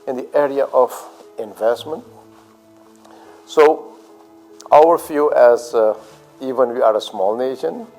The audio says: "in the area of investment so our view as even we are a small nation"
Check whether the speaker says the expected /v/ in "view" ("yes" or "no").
no